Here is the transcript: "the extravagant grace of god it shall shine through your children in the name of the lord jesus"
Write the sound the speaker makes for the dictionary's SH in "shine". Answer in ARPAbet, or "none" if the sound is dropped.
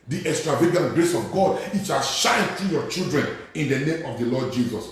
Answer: SH